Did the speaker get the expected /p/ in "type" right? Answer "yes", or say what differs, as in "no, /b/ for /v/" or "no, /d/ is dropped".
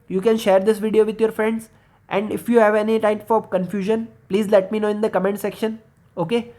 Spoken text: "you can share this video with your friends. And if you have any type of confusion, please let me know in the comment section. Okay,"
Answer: no, /f/ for /p/